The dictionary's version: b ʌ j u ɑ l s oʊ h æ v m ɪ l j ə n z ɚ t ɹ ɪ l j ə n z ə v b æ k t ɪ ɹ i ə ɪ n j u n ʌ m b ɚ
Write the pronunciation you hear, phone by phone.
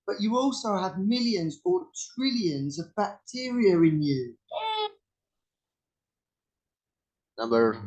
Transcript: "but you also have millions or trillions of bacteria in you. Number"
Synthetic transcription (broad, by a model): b ʌ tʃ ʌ ɑ l s oʊ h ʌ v m ɪ l j ə n z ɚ t ɹ ɪ l j ə n z ə v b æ k t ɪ ɹ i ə ɪ n j u n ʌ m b ɚ